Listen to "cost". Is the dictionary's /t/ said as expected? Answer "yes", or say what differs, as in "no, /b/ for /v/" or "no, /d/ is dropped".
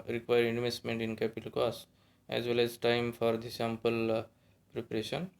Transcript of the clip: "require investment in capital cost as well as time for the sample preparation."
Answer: no, /t/ is dropped